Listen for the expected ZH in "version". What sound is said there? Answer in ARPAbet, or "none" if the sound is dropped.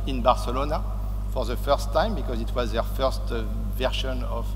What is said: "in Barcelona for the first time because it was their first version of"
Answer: SH